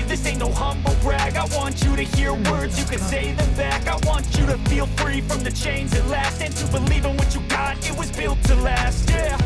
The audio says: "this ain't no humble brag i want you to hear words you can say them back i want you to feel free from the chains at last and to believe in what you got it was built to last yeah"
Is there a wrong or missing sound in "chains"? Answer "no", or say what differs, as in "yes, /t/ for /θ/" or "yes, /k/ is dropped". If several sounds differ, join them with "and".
no